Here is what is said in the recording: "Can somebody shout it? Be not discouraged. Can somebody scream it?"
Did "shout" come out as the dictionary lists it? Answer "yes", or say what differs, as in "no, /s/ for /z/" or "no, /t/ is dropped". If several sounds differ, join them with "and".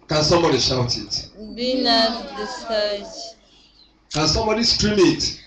yes